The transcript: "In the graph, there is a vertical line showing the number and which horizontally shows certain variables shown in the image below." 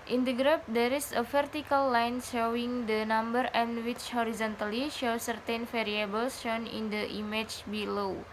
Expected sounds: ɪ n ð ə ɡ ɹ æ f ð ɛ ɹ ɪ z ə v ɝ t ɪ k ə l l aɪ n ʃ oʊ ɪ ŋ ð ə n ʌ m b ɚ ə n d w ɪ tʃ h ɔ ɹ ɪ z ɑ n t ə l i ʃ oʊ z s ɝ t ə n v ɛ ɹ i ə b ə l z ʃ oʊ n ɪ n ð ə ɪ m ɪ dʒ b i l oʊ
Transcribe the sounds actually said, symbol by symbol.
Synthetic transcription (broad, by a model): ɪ n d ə ɡ ɹ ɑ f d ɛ ɹ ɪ s ə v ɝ t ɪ k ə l l aɪ n ʃ oʊ ɪ ŋ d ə n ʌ m b ɚ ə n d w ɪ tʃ h ɔ ɹ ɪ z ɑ n t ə l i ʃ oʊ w s ɝ t ə n f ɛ ɹ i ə b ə l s ʃ oʊ n ɪ n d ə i m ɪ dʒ b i l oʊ